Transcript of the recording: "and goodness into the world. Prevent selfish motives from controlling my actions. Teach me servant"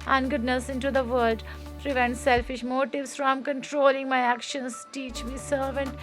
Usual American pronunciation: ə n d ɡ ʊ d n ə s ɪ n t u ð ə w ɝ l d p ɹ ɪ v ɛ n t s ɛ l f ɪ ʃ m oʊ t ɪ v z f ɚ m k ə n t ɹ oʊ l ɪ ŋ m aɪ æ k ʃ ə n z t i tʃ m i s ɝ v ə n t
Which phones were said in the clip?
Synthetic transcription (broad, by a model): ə n ɡ ʊ d n ə s ɪ n t u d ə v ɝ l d p ɹ ɪ v ɛ n t s ɛ l f ɪ ʃ m oʊ t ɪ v s f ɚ m k ə n t ɹ oʊ l ɪ ŋ m aɪ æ k ʃ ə n s t i tʃ m i s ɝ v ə n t